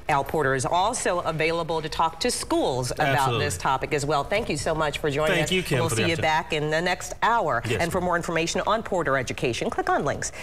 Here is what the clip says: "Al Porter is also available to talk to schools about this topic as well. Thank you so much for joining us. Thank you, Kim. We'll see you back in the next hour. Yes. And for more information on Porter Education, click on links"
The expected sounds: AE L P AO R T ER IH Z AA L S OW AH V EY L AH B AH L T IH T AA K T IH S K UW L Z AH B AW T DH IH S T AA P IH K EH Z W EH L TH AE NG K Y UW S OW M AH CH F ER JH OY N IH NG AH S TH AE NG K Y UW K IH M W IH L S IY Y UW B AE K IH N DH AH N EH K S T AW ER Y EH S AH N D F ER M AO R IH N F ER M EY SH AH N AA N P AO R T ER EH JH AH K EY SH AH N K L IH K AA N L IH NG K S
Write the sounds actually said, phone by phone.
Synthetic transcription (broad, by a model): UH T P AO R T ER IH Z AA L S OW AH V EY L AH B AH L T IH T AA K T IH S K UW L Z AH B AW T DH IH S T AA P IH K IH Z W EH L TH AE NG K Y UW S OW M AH CH F ER JH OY IH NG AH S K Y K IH W IH L S IY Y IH B AE K IH N DH AH N EH K S T AW ER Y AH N F ER M AO R IH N F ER M EY SH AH N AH N P AO R T ER EH JH AH K EY SH AH N K L IH K N L IH NG K S